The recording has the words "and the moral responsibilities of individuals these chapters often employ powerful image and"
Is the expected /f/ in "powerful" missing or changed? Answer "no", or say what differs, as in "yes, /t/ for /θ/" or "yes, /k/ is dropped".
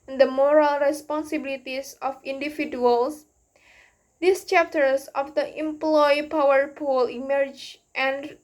yes, /p/ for /f/